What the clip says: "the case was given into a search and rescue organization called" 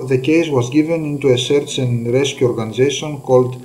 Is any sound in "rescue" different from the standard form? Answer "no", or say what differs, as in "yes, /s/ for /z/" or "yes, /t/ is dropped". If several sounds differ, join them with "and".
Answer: no